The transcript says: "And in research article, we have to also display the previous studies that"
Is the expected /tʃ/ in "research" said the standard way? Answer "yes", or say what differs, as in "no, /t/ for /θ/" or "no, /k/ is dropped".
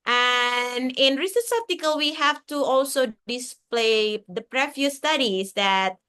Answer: no, /s/ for /tʃ/